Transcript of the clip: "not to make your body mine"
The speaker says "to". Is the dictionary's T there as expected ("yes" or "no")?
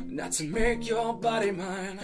yes